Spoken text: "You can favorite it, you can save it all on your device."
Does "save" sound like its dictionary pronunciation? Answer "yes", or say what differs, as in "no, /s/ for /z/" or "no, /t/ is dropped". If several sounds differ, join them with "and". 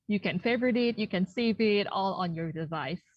yes